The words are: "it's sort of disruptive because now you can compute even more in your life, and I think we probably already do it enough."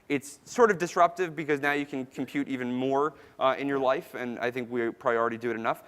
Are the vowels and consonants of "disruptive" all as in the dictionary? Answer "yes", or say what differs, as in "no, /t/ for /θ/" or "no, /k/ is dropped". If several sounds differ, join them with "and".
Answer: yes